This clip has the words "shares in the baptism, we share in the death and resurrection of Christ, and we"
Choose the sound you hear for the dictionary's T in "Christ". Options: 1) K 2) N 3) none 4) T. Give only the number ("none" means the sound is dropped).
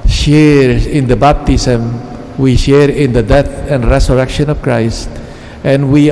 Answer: 4